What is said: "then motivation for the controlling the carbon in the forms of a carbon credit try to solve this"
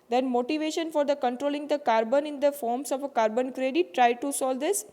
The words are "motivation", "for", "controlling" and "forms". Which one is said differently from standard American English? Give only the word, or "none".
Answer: forms